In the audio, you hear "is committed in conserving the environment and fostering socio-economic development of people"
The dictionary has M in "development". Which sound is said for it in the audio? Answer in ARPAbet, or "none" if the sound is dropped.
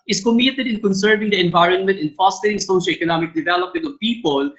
M